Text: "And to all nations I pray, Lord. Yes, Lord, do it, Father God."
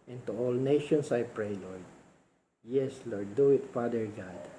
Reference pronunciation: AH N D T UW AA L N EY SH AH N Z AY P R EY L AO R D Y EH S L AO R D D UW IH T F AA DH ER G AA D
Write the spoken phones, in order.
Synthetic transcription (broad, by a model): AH N T UW AA L N EY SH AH N S AY P R EY L AO R D Y EH S L AO R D D UW IH T F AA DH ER G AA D